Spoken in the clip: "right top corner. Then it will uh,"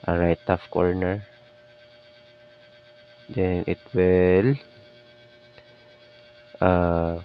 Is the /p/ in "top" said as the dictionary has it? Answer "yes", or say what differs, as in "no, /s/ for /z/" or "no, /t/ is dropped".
no, /f/ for /p/